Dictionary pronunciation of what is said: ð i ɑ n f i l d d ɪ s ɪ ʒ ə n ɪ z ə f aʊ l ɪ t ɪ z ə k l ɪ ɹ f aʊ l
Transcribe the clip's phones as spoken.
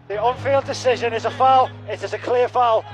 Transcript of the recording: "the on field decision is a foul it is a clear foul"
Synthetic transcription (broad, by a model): ð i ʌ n f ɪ l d d ɪ s ɪ ʒ ə n ɪ z ə f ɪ l ɪ t ɪ z ə k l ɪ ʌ f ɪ l